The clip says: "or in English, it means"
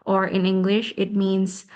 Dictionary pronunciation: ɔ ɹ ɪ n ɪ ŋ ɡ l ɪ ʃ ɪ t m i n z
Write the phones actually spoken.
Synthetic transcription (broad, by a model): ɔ ɹ ɪ n ɪ ŋ ɡ l ɪ ʃ ɪ t m i n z